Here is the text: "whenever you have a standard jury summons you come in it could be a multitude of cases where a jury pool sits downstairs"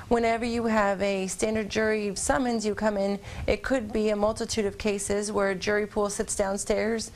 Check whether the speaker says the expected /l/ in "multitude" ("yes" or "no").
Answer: yes